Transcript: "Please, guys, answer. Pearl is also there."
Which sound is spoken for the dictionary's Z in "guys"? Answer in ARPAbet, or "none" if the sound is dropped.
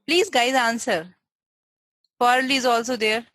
Z